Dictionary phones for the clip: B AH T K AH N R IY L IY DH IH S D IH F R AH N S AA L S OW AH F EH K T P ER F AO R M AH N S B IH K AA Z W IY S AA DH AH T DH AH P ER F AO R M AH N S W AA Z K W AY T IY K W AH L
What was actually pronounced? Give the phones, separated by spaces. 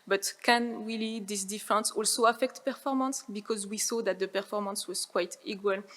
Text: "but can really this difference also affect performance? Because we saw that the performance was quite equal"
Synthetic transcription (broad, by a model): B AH T K AH N W IY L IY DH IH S D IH F R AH N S AA L S OW AH F EH K T P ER F AO R M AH N S B IH K AA Z W IY S AA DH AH T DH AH P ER F AO R M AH N S W AA Z K W AY T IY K W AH L